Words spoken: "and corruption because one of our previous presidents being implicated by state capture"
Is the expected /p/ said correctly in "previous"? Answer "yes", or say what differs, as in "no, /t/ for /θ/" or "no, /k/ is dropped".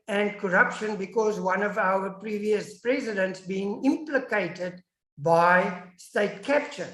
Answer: yes